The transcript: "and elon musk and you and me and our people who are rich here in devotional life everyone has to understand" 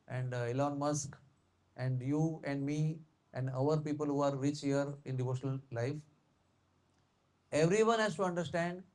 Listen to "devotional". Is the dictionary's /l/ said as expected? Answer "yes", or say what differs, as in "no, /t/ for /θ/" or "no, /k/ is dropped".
yes